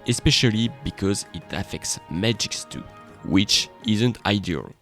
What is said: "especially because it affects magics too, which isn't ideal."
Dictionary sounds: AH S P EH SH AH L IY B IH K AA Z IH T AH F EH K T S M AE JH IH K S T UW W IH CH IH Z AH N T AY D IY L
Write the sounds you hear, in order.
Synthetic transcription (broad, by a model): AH S P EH SH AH L IY B IH K AA Z IH T AH F EH K T S M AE JH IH K S T UW W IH CH IH Z AH N T AY D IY L